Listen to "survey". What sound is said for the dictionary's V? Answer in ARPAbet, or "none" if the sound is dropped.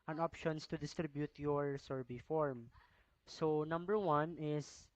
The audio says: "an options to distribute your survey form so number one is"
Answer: B